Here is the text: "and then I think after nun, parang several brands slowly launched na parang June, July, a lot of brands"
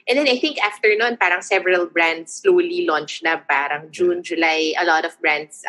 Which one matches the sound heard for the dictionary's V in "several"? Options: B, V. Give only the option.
V